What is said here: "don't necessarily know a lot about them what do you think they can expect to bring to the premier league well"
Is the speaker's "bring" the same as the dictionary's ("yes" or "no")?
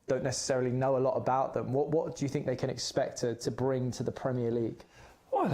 yes